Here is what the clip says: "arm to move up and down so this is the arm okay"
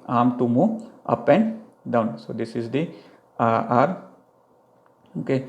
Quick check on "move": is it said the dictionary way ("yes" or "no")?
no